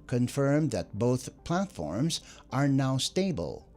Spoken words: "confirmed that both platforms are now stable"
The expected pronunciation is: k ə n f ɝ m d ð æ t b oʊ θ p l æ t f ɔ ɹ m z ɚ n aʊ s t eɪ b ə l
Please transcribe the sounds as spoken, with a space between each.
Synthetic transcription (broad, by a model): k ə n f ɝ m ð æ t b oʊ θ p l æ t f ɔ ɹ m z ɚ n aʊ s t eɪ b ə l